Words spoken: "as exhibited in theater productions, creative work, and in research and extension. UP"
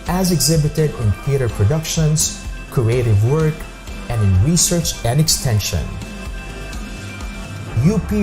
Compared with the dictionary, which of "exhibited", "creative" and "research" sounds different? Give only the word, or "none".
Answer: none